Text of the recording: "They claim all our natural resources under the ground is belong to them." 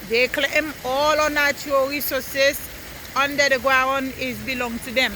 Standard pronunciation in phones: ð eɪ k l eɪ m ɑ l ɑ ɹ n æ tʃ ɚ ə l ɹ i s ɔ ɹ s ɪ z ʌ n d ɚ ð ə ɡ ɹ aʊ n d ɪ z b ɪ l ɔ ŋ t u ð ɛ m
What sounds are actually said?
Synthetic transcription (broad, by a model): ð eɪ k l eɪ m ɑ l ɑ n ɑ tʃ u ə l ɹ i s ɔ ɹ s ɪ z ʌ n d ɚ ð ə ɡ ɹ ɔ n ɪ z b ɪ l ɔ ŋ t u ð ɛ m